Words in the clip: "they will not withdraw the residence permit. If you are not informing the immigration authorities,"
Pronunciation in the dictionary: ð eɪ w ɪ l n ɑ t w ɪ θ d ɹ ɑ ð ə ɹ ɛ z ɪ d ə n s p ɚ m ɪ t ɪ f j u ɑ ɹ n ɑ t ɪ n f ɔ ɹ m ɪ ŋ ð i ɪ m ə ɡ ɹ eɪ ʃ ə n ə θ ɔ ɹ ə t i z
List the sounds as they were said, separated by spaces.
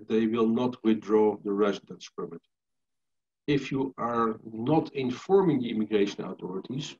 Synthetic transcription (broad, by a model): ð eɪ w ɪ l n ɑ t w ɪ θ d ɹ ɑ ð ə ɹ ɛ z ɪ d ə n s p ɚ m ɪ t ɪ f j u ɑ ɹ n ɑ t ɪ n f ɔ ɹ m ɪ ŋ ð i ɪ m ə ɡ ɹ eɪ ʃ ə n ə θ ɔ ɹ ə t i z